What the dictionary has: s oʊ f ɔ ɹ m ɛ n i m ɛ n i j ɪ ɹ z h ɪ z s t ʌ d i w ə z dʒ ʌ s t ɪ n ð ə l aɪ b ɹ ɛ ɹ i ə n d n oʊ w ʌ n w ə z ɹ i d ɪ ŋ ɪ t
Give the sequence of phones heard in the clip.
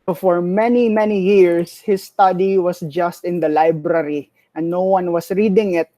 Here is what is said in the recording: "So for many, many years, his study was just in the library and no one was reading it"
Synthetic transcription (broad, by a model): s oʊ f ɔ ɹ m ɛ n i m ɛ n i j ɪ ɹ s h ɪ s t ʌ d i w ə s dʒ ʌ s t ɪ n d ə l aɪ b ɹ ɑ ɹ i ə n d n oʊ w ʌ n w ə s ɹ i d ɪ ŋ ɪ t